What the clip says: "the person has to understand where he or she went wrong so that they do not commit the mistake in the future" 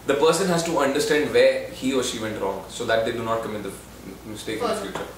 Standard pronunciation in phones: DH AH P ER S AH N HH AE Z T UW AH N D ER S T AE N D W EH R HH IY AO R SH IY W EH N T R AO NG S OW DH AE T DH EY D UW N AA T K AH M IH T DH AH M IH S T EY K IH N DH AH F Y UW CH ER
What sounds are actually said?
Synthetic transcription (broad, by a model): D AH P ER S AH N HH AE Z T UW AH N D ER S T AE N D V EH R HH IY AO R SH IY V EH N T R AO NG S OW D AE T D EY D UW N AA T K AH M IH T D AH M IH S T EY K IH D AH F Y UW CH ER